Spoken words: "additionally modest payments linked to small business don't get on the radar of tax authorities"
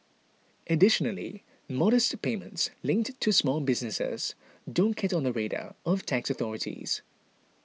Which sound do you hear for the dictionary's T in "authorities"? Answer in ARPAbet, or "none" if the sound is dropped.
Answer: T